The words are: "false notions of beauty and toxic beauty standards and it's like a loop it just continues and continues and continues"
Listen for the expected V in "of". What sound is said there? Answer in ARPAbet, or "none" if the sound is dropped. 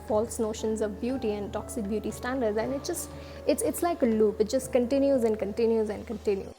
V